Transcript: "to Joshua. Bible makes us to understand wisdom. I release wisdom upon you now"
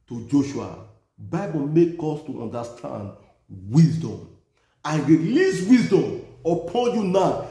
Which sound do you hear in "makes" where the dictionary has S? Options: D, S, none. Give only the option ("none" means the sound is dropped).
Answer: none